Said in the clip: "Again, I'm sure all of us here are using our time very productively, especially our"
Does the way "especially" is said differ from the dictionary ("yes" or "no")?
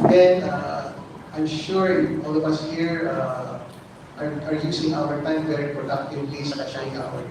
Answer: yes